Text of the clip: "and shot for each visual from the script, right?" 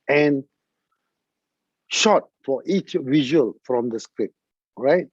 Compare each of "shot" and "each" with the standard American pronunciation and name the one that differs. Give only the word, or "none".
none